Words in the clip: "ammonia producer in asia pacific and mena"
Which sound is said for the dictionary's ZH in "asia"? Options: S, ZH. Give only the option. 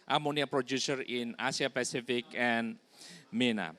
S